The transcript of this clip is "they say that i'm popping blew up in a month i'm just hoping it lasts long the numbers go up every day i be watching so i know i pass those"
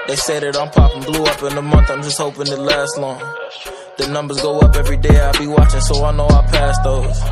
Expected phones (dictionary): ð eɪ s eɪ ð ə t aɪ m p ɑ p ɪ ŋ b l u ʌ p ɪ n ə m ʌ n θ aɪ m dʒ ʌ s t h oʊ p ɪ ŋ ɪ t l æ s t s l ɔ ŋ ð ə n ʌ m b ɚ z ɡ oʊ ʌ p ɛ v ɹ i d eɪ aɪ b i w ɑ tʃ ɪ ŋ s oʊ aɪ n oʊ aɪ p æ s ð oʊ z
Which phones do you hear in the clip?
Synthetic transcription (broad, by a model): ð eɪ s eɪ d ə t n p ɑ p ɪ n b l u ʌ p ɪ n ə m ʌ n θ aɪ m dʒ ʌ s t h oʊ p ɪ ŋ ɪ t l æ s t l ɔ ŋ ð ə n ʌ m b ɚ z ɡ oʊ ʌ p ɛ v ɹ i d eɪ aɪ b i w ɑ tʃ ɪ ŋ s oʊ aɪ n oʊ aɪ p æ s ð oʊ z